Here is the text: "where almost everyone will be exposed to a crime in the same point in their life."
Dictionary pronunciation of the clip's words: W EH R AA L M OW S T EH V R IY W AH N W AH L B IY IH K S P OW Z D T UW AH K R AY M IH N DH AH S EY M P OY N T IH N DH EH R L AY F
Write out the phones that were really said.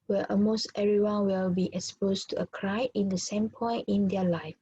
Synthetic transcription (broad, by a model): W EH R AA M OW S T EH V R IY W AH N W AH L B IY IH K S P OW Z T UW AH K R AY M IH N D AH S EY M P OY N T IH N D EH L AY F